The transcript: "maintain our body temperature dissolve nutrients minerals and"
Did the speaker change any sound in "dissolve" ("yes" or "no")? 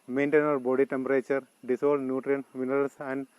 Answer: yes